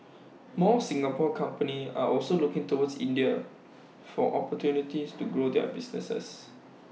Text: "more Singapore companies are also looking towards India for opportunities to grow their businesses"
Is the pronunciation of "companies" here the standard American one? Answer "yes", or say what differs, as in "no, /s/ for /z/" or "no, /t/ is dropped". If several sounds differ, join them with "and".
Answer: no, /z/ is dropped